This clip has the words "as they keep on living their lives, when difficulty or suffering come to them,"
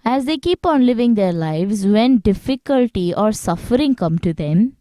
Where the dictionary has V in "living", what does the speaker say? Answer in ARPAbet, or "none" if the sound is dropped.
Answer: V